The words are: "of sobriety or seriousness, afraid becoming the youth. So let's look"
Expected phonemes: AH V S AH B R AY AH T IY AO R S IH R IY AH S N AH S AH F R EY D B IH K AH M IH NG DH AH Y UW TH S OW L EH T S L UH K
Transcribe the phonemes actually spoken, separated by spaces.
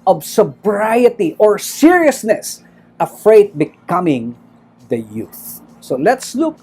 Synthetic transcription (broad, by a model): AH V S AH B R AY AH T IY AO R S IH R IY AH S N AH S AH F R EY D B IH K AH M IH NG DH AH Y UW TH S OW L EH T S L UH K